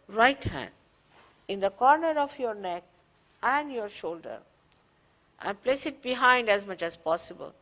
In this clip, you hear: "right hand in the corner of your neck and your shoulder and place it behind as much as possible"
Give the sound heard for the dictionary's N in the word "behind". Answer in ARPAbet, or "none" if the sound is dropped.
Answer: N